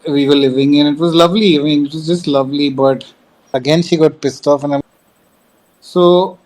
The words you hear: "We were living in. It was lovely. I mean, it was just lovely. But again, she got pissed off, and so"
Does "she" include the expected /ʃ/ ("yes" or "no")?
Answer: yes